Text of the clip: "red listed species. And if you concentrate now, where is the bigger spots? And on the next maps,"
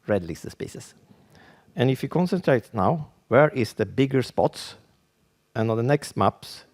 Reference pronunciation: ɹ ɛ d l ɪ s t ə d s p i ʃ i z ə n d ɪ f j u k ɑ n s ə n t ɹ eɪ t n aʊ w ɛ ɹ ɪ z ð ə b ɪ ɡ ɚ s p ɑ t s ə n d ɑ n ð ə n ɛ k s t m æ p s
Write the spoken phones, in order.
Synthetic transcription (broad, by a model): ɹ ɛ d l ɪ s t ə s p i s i s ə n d ɪ f j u k ɑ n s ə n t ɹ eɪ t n aʊ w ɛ ɹ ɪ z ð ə b ɪ ɡ ɚ s p ɑ t s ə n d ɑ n ð ə n ɛ k s t m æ p s